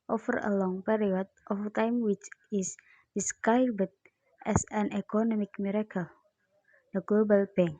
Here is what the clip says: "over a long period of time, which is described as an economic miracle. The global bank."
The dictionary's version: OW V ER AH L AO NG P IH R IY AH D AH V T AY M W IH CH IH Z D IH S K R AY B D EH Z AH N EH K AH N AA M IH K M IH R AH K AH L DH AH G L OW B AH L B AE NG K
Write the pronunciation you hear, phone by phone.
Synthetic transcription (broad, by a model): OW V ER AH L AO NG P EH R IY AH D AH F T AY M W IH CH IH S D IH S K AY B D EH S AH N EH K AH N AA M IH K M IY R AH K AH L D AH G L OW B AH L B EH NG